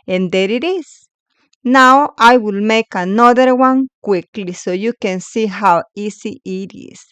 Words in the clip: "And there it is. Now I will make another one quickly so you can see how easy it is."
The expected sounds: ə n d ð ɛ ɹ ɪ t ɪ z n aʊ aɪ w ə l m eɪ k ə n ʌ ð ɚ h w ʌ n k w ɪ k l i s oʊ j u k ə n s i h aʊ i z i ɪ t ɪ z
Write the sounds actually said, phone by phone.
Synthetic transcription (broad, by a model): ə n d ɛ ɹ ɪ t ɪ s n aʊ aɪ w ə l m eɪ k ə n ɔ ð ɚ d w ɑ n k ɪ k l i s oʊ j u k ə n s i h aʊ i s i ɪ t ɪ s